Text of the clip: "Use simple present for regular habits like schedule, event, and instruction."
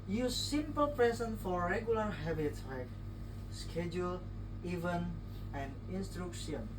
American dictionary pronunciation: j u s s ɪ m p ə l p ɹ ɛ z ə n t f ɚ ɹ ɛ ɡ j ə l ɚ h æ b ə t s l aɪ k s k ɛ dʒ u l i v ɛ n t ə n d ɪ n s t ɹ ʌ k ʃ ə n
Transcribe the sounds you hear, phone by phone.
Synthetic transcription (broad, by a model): j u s s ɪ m p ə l p ɹ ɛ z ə n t f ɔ ɹ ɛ ɡ j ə l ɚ h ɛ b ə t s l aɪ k s k ɛ dʒ u l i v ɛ n ə n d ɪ n s t ɹ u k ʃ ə n